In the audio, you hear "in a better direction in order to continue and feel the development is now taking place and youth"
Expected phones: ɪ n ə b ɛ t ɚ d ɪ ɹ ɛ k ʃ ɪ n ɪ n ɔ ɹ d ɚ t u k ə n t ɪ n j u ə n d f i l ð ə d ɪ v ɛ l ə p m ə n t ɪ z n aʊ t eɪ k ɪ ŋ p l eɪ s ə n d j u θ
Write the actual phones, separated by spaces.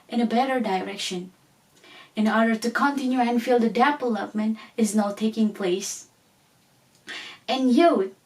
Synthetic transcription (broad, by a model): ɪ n ə b ɛ t ɚ d ɪ ɹ ɛ k ʃ ɪ n ɪ n ɔ ɹ d ɚ t u k ə n t ɪ n j u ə n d f i l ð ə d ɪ p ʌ l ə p m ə n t ɪ z n aʊ t eɪ k ɪ ŋ p l eɪ s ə n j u